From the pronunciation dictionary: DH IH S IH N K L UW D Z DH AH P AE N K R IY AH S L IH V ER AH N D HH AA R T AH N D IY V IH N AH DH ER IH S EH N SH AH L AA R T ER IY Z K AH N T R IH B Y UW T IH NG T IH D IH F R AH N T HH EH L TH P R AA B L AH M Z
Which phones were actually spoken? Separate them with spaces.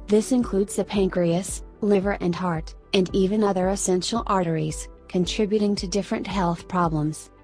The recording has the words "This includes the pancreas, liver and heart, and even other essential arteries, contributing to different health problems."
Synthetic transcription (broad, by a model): DH IH S IH N K L UW D Z DH AH P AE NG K R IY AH S L IH V ER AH N HH AA R T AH N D IY V IH N AH DH ER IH S EH N SH L AA R T ER IY Z K AH N T R IH B Y UW T IH NG T IH D IH F R AH N T HH EH L TH P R AA B L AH M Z